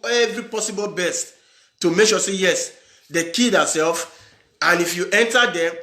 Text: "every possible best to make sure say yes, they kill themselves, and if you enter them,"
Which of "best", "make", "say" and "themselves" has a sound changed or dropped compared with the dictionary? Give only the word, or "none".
themselves